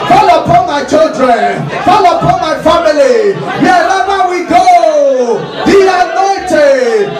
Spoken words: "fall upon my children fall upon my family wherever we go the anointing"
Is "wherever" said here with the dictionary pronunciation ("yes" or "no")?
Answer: no